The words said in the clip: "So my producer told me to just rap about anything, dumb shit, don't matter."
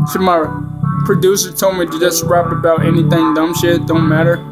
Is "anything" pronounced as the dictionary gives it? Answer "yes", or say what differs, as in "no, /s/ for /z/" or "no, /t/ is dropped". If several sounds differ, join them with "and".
yes